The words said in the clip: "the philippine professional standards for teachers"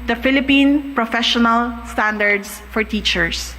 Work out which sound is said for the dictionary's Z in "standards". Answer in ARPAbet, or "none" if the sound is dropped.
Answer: S